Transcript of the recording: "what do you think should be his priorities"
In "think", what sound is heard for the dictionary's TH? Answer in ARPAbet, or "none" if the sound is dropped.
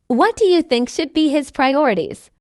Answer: TH